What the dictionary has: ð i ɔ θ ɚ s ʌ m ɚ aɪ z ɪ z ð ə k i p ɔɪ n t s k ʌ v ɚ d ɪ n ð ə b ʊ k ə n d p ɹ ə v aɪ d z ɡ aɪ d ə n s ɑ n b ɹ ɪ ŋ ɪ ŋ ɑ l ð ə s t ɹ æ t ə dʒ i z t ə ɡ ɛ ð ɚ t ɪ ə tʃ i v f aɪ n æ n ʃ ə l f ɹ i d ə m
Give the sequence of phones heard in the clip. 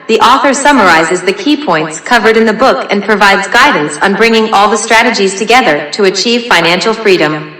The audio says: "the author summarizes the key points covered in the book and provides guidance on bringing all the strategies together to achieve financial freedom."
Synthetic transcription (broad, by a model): ð i ɔ θ ɚ s ʌ m ɚ aɪ z ɪ z ð ə k i p ɔɪ n t s k ʌ v ɚ d ɪ n ð ə b ʊ k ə n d p ɹ ə v aɪ d z ɡ aɪ d n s n b ɹ ɪ ŋ ɪ ŋ ɑ l ð ə s t ɹ æ t ə dʒ i z t ə ɡ ɛ ð ɚ t ɪ ə tʃ i v f aɪ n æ n ʃ l f ɹ i d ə m